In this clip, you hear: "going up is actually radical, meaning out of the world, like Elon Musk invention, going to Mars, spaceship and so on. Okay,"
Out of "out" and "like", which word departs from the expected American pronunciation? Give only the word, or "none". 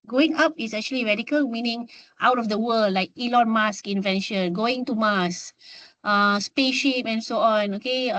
none